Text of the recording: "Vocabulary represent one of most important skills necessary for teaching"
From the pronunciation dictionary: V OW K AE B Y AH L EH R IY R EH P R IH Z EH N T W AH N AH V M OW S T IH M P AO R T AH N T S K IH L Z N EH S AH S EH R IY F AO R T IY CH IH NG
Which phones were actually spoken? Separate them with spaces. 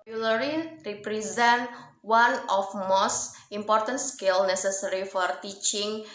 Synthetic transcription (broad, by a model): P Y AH L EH R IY R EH P R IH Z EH N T W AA N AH F M OW S T IH M P AO R T AH N T S K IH L N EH S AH S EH R IY F AO R T IY CH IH NG